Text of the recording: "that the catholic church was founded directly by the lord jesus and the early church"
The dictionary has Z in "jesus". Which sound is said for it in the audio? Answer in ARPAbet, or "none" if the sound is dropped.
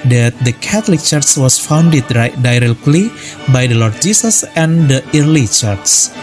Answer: S